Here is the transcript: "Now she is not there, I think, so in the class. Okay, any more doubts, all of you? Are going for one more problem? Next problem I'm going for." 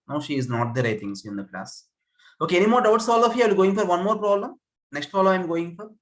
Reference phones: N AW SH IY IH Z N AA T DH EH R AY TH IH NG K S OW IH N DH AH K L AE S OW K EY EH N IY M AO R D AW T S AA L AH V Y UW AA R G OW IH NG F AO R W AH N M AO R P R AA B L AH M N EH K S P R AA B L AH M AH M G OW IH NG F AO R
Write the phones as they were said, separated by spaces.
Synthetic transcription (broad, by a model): N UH SH IY IH Z N AA T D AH R AY T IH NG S IH N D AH K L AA S OW K EY EH N IY M AO R D AW T S AA L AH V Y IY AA L G OW IH NG F AO R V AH N M AO R P R AA B L AH M N EH K S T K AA L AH AH M G OW IH NG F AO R